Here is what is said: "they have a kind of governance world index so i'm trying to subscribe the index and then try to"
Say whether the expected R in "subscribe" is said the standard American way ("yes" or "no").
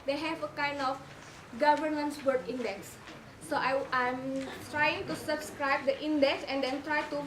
yes